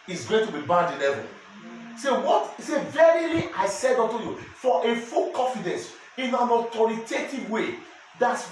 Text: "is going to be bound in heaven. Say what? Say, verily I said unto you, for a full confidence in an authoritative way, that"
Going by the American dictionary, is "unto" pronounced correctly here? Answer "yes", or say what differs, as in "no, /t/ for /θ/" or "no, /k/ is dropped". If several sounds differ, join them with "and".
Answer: no, /n/ is dropped